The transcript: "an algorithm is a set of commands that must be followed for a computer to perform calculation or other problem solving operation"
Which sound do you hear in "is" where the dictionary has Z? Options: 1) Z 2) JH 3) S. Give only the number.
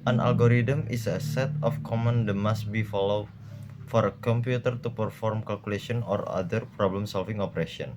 3